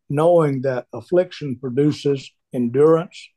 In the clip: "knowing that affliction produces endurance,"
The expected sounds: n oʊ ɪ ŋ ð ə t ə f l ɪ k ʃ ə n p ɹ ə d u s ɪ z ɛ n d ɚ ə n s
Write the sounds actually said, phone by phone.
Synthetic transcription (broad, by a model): n oʊ ɪ ŋ ð ə t ə f l ɪ k ʃ ə n p ɹ ə d u s ɪ z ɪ n d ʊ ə n s